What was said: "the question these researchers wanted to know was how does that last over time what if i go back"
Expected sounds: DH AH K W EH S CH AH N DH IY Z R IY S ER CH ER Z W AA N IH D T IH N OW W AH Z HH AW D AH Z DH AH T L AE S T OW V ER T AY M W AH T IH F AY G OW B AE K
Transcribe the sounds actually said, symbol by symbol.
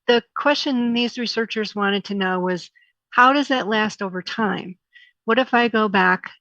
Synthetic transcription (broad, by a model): DH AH K W EH S CH AH N DH IY Z R IY S ER CH ER Z W AA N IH D T IH N OW W AH Z HH AW D AH Z DH AH T L AE S T OW V ER T AY M W AH T IH F AY G OW B AE K